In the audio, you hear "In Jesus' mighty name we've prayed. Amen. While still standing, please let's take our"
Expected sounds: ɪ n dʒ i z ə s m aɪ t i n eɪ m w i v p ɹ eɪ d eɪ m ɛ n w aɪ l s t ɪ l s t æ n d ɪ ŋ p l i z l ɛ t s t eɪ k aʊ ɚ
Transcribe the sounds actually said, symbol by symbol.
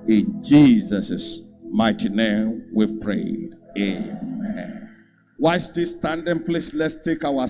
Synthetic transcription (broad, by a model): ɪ n dʒ i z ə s m aɪ t i n eɪ m w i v p ɹ eɪ d eɪ m ɛ n w aɪ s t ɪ s t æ n d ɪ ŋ p l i s l ɛ t s t eɪ k aʊ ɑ